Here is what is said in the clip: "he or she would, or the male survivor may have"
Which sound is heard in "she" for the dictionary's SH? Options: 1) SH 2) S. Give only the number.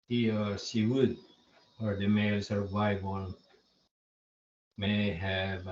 2